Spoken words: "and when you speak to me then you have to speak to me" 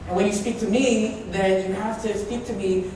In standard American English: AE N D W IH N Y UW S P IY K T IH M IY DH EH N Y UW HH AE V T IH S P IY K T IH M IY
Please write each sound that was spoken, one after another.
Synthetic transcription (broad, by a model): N W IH N Y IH S P IY K T IH M IY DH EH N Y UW HH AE F T IH S P IY K T IH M IY